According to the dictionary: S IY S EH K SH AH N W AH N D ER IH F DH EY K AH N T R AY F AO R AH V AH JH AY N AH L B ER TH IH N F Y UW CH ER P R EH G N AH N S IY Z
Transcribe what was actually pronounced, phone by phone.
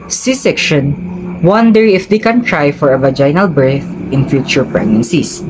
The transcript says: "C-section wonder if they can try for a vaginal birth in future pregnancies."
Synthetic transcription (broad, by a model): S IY S EH K SH AH N W AH N D ER IH F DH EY K AH N T R AY F AO R AH V AH JH AY N AH L B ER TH IH N F Y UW CH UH P R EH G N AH N S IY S